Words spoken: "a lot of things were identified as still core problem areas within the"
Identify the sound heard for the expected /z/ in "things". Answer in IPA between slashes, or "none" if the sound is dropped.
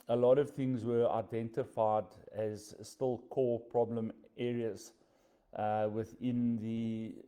/z/